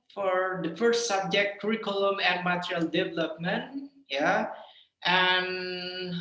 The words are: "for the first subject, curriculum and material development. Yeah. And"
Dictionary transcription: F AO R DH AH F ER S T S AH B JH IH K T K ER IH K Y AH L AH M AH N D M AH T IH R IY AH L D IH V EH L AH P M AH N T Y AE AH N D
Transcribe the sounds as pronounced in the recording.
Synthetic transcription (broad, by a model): F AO R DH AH F ER S T S AH B JH IH K T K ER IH K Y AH L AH M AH N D M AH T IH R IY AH L D IH V EH L AH P M AH N T Y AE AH N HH